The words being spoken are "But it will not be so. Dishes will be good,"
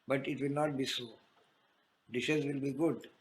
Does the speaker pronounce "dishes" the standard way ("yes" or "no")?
yes